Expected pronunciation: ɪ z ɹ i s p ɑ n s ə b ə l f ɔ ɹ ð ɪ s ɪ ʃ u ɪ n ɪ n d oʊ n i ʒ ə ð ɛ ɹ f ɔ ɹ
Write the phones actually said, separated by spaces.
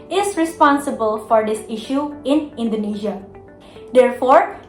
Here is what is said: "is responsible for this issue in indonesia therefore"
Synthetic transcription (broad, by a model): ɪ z ɹ i s p ɑ n s ə b ə l f ɔ ɹ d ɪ s ɪ ʃ u ɪ n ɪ n d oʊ n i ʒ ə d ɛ ɹ f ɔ ɹ